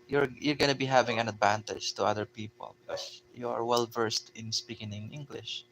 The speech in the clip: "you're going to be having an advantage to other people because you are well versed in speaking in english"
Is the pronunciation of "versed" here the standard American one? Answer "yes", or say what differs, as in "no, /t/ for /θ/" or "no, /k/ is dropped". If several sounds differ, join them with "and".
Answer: yes